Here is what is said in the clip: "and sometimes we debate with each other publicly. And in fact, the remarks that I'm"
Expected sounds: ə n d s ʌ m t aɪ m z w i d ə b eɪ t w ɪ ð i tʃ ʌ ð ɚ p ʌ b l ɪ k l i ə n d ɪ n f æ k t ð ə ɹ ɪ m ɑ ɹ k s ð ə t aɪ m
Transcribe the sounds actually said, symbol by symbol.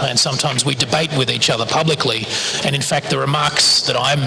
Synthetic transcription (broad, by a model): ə n s ʌ m t aɪ m z w i d ə b eɪ t w ɪ ð i tʃ ʌ ð ɚ p ʌ b l ɪ k l i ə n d ɪ n f æ k t ð ə ɹ ɪ m ɑ ɹ k s ð ə t aɪ m